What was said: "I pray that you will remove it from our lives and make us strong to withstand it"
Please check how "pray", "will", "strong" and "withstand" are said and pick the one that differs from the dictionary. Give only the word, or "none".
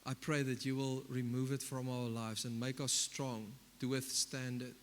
none